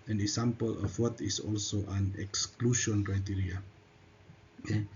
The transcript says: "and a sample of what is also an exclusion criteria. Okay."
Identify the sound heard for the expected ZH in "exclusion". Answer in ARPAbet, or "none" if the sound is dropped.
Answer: SH